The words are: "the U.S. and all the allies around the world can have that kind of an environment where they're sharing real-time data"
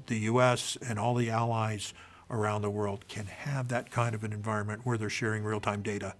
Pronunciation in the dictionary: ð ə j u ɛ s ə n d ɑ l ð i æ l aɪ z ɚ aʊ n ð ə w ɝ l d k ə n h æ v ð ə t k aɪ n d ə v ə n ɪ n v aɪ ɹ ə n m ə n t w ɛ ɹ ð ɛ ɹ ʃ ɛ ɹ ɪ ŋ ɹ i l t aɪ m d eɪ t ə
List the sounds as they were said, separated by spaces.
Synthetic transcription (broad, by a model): ð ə j u ɛ s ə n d ɑ l ð i æ l aɪ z ɚ aʊ n ð ə w ɝ l d k ə n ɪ v ð ə t k aɪ n d ə v ə n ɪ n v aɪ ɹ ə n m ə n t w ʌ ɹ ð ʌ ɹ ʃ ɛ ɹ ɪ ŋ ɹ i l t aɪ m d eɪ t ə